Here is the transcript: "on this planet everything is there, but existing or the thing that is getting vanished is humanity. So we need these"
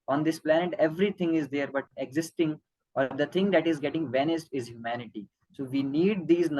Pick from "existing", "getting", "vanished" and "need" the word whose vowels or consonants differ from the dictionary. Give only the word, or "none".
vanished